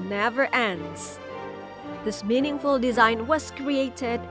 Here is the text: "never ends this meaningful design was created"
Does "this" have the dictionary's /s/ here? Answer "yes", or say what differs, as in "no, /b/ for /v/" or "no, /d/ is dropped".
yes